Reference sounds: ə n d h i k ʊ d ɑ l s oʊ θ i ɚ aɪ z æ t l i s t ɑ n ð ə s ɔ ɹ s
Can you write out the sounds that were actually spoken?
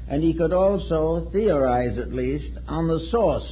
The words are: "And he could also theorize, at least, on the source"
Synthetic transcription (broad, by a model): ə n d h i k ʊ d ɑ l s oʊ θ i ɚ aɪ z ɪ t l i s t n ð ə s ɔ ɹ s